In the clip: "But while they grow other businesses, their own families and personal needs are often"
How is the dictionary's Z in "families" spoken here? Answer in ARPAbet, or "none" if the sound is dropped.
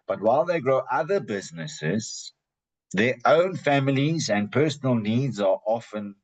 Z